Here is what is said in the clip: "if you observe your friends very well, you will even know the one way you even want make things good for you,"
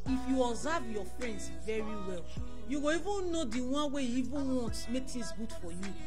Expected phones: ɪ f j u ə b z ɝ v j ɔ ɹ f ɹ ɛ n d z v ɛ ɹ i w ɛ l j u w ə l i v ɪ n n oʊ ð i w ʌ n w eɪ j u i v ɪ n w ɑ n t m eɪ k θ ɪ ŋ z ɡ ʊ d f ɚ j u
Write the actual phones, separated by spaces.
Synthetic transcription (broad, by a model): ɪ f j u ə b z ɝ v j ɔ f ɹ ɛ n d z v ɛ ɹ i w ɛ l j u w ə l i v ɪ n n oʊ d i w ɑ n w eɪ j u i v ɪ n w ɑ n t m eɪ k t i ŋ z ɡ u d f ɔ j u